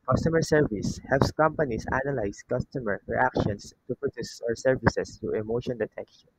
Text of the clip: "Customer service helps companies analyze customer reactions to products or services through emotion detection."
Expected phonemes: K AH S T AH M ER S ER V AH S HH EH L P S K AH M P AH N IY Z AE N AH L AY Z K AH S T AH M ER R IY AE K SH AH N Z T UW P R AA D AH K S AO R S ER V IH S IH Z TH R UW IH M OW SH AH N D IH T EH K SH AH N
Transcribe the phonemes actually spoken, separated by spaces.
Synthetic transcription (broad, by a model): K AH S T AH M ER S ER V AH S HH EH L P S K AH M P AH N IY S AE N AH L AY S K AH S T AH M ER R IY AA K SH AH N S T UW P R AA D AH S AO R S ER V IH S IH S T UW IH M OW SH AH N D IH T EH K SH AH N